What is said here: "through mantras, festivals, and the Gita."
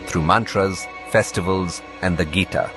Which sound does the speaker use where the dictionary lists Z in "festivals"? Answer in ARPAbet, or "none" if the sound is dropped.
Z